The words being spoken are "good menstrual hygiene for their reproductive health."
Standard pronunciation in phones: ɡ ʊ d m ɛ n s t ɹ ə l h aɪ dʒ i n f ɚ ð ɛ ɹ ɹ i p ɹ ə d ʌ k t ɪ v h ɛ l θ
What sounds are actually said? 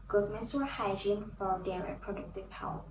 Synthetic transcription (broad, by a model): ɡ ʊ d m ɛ s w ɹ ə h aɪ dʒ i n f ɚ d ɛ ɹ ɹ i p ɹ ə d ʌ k t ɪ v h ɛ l